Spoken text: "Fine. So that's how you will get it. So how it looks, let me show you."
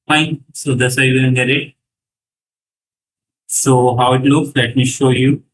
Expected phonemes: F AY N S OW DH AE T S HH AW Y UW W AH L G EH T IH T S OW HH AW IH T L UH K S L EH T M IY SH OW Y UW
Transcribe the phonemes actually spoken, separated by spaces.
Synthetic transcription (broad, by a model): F AY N S OW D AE S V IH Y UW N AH N G EH T IH T S OW HH AW IH T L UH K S L EH T M IY SH OW Y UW